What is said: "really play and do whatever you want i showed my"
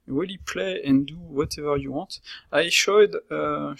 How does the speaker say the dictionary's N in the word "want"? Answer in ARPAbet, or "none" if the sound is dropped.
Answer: none